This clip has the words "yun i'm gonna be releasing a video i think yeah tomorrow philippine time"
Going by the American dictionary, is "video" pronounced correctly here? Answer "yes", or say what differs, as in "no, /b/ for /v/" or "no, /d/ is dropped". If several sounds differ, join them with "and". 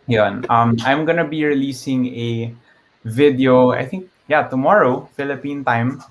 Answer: yes